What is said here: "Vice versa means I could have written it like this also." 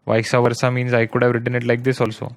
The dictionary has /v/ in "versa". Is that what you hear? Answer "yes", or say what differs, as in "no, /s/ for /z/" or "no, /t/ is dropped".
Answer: yes